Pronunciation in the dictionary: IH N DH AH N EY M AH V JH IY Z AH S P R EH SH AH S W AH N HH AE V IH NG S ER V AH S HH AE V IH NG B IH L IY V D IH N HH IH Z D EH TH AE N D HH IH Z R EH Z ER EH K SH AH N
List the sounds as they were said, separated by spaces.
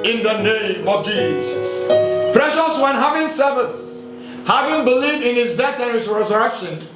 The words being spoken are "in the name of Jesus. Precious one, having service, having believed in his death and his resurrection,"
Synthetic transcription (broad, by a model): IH N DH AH N EY M AH V JH IY Z AH S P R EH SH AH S W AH N HH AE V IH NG S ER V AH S HH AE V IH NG B IH L IY V D IH N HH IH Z D EH TH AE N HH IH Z R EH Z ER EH K SH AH N